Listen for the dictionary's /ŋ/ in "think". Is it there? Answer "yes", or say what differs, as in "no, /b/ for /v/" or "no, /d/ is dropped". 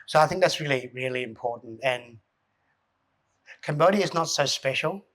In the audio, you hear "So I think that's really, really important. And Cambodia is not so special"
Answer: yes